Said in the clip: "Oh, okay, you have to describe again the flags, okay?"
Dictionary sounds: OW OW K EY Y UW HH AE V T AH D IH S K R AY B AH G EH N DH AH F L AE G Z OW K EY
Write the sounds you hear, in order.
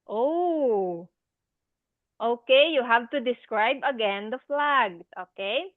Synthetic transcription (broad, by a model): OW OW K EY Y UW HH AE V T AH D IH S K R AY B AH G EH N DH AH F L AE G OW K EY